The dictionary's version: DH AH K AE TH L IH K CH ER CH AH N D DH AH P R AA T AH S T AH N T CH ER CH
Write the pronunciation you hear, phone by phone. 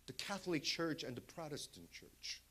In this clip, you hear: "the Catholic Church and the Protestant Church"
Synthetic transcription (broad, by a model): DH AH K AE TH L IH K CH ER CH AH N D DH AH P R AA T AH S T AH N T CH ER CH